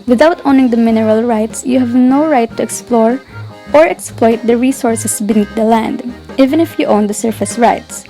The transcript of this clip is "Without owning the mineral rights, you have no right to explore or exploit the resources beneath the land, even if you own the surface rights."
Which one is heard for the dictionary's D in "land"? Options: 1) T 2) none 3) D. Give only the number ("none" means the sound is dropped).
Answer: 3